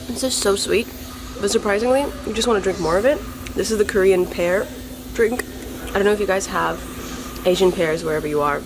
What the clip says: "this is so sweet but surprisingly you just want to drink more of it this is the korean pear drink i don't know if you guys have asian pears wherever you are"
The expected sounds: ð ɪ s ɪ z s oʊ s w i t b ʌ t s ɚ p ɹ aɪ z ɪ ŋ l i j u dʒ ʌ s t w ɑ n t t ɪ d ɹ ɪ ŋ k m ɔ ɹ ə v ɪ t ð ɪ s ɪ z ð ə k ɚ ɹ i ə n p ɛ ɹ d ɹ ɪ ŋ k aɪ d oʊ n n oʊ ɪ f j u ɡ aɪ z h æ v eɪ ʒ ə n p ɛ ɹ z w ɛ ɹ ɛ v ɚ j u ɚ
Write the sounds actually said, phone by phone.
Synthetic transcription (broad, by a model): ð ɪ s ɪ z s oʊ s w i t b ʌ t s ɚ p ɹ aɪ z ɪ ŋ l i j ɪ dʒ ʌ s t w ɑ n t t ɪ d ɹ ɪ ŋ k m ɔ ɹ ə v ɪ t ð ɪ s ɪ z ð ə k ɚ ɹ i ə n p ɛ ɹ d ɹ ɪ ŋ k aɪ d oʊ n n oʊ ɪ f j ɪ ɡ aɪ z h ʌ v eɪ ʒ ə n p ɛ ɹ z w ɛ ɹ ɛ v ɚ j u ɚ